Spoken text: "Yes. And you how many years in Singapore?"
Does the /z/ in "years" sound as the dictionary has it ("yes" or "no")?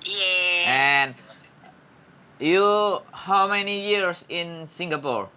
no